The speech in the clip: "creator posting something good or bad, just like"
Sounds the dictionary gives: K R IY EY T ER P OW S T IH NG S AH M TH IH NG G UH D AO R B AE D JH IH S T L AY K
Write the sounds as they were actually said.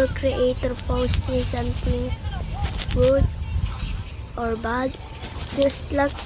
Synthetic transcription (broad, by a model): K R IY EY T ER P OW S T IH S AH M T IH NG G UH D AO R B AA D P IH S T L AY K